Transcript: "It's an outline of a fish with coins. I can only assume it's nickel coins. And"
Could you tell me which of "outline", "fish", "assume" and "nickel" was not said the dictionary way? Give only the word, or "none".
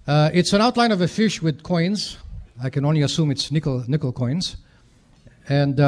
none